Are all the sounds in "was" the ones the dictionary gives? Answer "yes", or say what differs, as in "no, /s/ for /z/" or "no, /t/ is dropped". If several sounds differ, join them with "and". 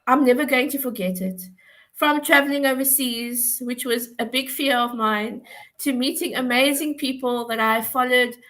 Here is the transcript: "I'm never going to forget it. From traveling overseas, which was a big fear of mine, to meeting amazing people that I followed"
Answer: yes